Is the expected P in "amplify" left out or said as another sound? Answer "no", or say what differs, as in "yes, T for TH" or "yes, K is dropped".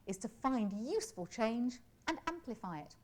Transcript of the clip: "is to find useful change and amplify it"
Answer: no